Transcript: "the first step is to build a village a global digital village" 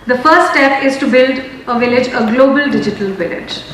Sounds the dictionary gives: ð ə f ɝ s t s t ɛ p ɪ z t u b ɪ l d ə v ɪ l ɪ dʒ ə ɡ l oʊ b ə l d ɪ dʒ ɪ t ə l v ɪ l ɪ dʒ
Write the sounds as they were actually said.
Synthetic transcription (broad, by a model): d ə f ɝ t s t ɛ p ɪ z t u b ɪ l d ə v ɪ l ɪ dʒ ə ɡ l oʊ b ə l d ɪ dʒ ɪ t ə l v ɪ l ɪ dʒ